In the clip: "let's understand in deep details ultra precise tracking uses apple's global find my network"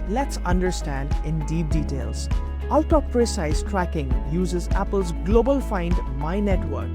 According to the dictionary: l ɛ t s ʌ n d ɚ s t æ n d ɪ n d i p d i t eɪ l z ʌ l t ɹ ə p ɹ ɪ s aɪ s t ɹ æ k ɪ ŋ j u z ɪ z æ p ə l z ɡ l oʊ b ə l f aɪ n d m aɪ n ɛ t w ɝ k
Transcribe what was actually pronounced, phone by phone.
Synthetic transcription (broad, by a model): l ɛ t s ʌ n d ɚ s t æ n d ɪ n d i p d i t eɪ l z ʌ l t ə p ɹ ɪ s aɪ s t ɹ æ k ɪ ŋ j u z ɪ z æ p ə l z ɡ l oʊ b ə l f aɪ n d m aɪ n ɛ t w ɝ k